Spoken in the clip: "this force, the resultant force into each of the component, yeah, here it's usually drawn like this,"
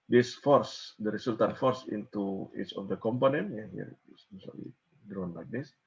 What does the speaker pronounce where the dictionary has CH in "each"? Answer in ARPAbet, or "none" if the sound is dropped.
S